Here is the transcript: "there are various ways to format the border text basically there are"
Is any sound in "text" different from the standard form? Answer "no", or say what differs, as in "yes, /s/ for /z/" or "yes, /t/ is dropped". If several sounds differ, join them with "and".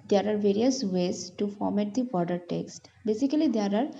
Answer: no